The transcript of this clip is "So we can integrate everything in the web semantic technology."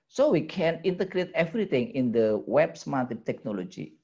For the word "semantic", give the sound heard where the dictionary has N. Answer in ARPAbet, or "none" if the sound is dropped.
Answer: none